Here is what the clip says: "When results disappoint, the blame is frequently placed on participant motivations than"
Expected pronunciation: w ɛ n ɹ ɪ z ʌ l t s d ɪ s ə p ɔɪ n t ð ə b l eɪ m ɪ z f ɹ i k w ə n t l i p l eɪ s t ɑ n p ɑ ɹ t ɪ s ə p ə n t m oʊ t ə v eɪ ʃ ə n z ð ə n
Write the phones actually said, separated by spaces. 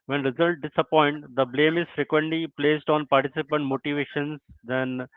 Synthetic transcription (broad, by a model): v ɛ n ɹ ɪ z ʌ l t d ɪ s ə p ɔɪ n t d ə b l eɪ m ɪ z f ɹ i k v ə n t l i p l eɪ s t ɑ n p ɑ ɹ t ɪ s ə p ə n t m oʊ t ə v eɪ ʃ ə n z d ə n